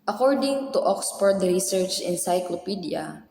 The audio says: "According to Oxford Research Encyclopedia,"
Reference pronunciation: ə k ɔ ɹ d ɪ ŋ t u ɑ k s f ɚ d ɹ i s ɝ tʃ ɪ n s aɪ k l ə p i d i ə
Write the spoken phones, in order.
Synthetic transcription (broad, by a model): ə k ɔ ɹ d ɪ ŋ t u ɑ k s p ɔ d ɹ i s ɝ tʃ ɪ n s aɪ k l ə p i d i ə